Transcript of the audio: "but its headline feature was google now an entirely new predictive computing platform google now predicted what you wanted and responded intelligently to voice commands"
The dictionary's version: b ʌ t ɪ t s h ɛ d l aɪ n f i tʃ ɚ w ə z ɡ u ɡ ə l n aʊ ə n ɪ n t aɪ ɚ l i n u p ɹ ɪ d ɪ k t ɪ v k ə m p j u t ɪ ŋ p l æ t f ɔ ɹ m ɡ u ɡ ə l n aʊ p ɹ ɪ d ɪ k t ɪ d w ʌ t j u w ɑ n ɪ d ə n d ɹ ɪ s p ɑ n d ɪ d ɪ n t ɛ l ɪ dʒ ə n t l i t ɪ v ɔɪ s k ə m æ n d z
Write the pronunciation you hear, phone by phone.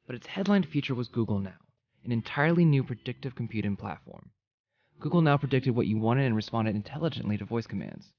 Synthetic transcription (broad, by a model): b ʌ t ɪ t s h ɛ d l aɪ n f i tʃ ɚ w ə z ɡ u ɡ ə l n aʊ ə n ɪ n t aɪ ɚ l i n u p ɹ ɪ d ɪ k t ɪ v k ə m p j u t ɪ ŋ p l æ t f ɔ ɹ m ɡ u ɡ l n aʊ p ɹ ɪ d ɪ k t ɪ d w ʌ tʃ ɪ w ɑ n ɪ d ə n ɹ ɪ s p ɑ n d ɪ d ɪ n t ɛ l ɪ dʒ ə n t l i t ɪ v ɔɪ s k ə m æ n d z